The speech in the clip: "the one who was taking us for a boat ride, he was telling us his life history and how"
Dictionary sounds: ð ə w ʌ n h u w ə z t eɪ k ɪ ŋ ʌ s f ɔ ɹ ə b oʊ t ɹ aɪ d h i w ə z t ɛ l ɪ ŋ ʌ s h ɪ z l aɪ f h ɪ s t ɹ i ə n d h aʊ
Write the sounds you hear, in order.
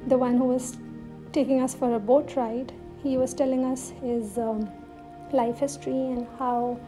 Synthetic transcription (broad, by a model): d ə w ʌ n h u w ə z t eɪ k ɪ ŋ ʌ s f ɔ ɹ ə b oʊ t ɹ aɪ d h i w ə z t ɛ l ɪ ŋ ʌ s h ɪ z l aɪ f h ɪ s t ɹ i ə n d h aʊ